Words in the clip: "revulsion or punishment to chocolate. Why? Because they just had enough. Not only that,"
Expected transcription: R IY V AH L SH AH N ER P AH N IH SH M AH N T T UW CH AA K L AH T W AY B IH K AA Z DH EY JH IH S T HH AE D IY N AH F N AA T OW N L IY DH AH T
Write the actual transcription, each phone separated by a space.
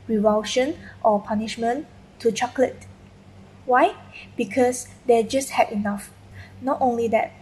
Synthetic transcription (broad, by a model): R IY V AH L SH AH N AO P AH N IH SH M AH N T T UW CH AA K L AH T W AY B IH K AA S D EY JH IH S T HH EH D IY N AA F N AA T OW N L IY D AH T